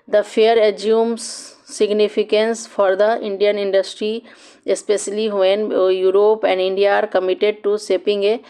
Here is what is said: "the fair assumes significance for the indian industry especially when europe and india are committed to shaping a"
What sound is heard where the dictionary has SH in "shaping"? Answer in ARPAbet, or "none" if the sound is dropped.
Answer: S